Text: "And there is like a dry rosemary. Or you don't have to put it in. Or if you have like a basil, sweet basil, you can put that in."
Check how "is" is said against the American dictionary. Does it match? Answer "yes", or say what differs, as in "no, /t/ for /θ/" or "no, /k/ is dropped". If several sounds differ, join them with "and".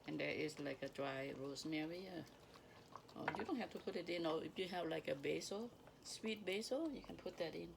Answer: no, /s/ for /z/